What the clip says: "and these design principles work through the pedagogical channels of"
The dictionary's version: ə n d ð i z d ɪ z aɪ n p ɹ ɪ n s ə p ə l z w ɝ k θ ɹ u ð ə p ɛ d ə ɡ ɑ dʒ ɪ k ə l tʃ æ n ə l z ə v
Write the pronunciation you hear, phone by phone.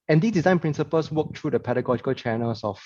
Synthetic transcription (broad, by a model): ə n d i s d ɪ z aɪ n p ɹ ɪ n s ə p ə l s w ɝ k t ɹ u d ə p ɛ d ə ɡ ɑ dʒ ɪ k ə l tʃ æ n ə l s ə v